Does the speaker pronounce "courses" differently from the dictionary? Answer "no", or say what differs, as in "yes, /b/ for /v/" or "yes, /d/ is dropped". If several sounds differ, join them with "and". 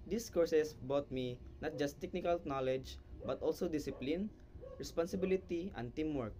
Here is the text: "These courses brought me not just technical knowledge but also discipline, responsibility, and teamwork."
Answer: yes, /s/ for /z/